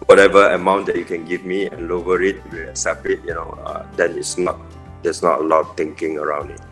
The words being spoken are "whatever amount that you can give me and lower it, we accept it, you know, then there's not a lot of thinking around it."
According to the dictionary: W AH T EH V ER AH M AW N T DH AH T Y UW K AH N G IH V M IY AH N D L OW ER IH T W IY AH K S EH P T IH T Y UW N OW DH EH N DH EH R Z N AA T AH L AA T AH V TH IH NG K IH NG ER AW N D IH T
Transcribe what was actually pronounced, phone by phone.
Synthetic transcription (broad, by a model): W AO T EH V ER AH M AW N T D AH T Y UW K AH N G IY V M IY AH N L OW ER IH T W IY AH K S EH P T IH T Y UW N OW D EH N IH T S N AA T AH N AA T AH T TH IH NG K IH NG ER AW N D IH T